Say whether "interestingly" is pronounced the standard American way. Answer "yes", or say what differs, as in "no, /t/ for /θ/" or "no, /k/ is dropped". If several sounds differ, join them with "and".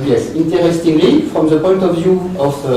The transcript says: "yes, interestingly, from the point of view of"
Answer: yes